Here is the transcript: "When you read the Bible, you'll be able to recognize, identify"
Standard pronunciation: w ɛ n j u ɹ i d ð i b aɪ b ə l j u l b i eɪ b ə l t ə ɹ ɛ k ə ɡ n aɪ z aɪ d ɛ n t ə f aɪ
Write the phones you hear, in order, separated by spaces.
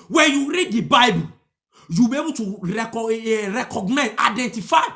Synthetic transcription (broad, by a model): w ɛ n j u ɹ i d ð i b aɪ b ə l j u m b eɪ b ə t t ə ɹ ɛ k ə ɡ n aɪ aɪ d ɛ n t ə f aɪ